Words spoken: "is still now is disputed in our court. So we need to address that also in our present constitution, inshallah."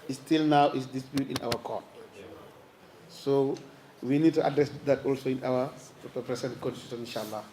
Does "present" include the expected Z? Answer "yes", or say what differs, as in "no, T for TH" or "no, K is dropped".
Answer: no, S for Z